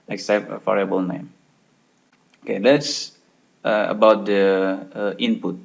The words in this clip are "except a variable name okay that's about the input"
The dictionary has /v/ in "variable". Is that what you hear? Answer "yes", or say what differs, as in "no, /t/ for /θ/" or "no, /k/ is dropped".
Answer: no, /f/ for /v/